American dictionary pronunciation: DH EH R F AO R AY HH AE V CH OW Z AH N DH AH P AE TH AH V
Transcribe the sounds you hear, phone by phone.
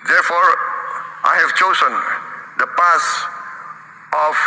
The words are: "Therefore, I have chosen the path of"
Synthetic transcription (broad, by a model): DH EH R F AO R AY HH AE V CH OW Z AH N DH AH P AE S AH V